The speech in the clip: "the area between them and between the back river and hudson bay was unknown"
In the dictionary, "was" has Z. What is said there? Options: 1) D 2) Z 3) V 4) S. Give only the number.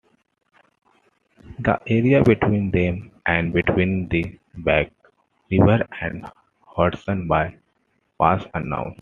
4